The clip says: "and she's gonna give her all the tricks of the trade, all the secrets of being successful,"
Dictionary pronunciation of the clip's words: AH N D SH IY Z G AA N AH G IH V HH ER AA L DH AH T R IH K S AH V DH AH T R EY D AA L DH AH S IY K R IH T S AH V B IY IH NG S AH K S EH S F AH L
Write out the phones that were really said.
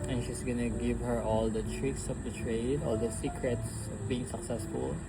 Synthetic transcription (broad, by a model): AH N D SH IY S G AA N AH G IH V HH ER AA L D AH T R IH K S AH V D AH T R EY D AA L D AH S IY K R IH T S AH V B IY IH NG S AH K S EH S F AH L